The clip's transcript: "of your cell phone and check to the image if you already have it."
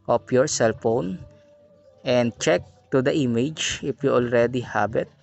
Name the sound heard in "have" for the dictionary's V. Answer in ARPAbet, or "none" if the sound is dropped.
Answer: B